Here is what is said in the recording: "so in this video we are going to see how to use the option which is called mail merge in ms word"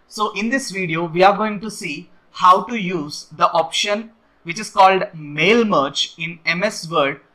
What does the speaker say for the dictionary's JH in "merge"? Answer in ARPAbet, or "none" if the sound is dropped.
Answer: CH